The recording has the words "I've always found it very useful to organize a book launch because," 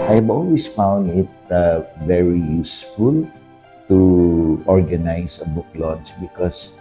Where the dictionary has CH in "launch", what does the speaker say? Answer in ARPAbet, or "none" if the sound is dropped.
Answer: S